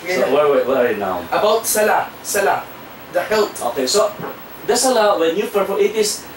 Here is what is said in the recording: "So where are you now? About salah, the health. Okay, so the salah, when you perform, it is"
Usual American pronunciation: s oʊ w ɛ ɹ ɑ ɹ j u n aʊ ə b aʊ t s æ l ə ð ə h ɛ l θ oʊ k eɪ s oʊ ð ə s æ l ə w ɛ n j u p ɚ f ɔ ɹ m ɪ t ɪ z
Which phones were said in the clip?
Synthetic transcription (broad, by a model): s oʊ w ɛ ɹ ɑ ɹ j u n aʊ ə b aʊ t s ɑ l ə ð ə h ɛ l t oʊ k eɪ s oʊ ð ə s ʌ l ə w ɛ n j u f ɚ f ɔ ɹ ɪ t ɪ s